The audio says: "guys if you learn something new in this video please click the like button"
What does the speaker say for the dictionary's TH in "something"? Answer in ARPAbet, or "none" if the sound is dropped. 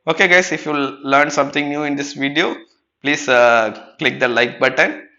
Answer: T